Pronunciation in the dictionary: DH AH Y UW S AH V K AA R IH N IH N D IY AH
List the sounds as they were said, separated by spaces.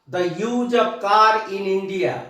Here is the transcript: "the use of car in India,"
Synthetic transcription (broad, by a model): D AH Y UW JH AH B K AA R IH N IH N D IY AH